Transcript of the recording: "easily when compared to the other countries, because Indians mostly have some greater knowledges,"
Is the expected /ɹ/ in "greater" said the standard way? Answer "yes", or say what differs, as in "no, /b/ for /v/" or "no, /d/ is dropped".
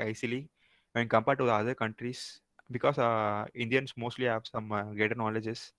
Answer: no, /ɹ/ is dropped